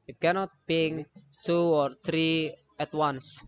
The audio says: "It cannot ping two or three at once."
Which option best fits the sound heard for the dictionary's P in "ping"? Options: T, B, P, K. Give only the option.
B